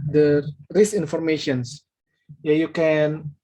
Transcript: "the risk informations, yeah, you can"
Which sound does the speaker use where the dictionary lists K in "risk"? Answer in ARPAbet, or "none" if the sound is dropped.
none